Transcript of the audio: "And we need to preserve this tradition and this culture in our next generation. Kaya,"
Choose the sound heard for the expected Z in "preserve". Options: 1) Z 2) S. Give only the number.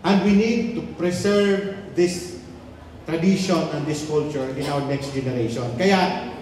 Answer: 2